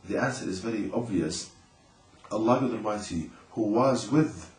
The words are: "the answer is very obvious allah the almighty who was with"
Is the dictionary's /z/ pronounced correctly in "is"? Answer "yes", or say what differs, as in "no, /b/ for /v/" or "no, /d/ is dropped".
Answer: yes